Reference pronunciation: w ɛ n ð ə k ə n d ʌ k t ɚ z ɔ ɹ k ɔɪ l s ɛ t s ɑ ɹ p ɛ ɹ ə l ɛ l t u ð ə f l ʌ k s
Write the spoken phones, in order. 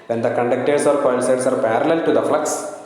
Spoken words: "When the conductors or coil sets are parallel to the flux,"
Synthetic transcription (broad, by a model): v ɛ n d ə k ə n d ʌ k t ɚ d ɔ ɹ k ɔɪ n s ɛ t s ɑ ɹ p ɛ ɹ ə l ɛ l t u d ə f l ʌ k s